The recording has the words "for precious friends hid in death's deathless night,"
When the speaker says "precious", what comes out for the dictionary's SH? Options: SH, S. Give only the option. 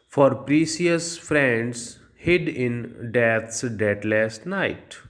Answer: S